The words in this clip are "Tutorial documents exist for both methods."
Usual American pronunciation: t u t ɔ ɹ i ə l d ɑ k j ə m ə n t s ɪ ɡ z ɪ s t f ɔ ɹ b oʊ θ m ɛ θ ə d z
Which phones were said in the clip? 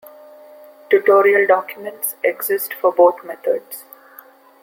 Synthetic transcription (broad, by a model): t u t ɔ ɹ i ə l d ɑ k j ə m ə n t s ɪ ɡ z ɪ s t f ɔ ɹ b oʊ t m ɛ t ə d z